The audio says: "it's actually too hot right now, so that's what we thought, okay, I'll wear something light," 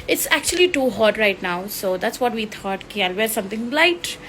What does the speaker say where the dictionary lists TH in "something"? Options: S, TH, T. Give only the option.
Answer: T